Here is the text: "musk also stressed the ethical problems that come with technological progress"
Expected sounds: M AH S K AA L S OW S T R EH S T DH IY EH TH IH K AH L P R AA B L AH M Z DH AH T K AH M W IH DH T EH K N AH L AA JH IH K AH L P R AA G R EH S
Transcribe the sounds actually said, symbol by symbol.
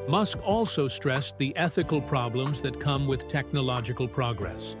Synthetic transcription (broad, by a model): M AH S K AA L S OW S T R EH S DH IY EH TH IH K AH L P R AA B L AH M Z DH AH T K AH M W IH DH T EH K N AH L AA JH IH K AH L P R AA G R EH S